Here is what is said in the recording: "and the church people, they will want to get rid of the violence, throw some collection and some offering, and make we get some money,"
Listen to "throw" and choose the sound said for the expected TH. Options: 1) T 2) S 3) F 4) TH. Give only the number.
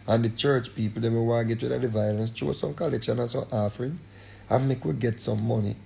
1